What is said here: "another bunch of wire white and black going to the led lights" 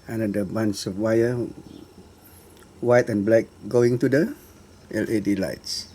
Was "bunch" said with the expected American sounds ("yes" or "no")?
no